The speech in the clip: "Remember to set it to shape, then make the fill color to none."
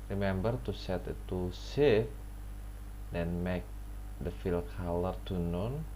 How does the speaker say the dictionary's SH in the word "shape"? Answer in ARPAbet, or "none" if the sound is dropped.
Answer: S